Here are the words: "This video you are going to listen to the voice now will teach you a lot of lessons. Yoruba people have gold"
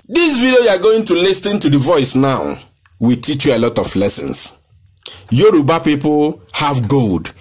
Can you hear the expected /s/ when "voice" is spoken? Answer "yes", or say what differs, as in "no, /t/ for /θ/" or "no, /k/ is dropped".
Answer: yes